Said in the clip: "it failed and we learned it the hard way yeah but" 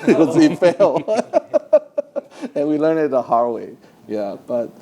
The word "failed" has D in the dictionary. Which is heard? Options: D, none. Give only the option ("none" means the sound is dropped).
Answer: none